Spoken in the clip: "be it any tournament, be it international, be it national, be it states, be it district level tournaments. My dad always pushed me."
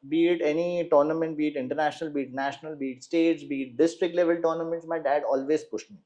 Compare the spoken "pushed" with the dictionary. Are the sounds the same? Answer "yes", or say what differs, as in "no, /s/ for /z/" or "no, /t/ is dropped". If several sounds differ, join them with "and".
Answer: yes